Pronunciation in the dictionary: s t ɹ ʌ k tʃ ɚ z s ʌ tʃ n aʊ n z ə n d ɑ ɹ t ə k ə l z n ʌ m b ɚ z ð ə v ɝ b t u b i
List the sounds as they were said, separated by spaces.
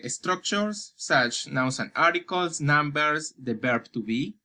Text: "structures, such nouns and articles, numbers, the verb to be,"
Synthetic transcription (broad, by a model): s t ɹ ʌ k tʃ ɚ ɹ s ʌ tʃ n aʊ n s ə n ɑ ɹ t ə k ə l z n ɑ m b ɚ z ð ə b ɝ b t u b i